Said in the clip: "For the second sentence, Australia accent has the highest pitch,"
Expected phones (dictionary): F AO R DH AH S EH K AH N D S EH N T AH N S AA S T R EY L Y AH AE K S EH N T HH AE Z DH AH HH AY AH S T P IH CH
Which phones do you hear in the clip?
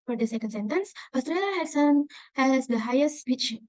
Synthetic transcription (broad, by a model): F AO R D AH S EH K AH N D S EH N T AH N S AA S T R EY L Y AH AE S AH N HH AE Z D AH HH AY AH S T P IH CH